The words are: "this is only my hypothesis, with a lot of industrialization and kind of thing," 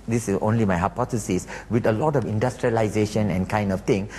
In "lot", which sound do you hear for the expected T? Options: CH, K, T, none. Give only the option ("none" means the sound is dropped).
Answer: T